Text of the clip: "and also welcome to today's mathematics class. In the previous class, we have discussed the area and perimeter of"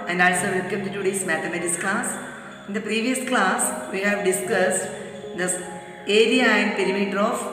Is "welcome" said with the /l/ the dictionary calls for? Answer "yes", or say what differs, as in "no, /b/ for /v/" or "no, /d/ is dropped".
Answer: no, /l/ is dropped